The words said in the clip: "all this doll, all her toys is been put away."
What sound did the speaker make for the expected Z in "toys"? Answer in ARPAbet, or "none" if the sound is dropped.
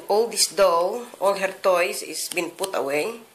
S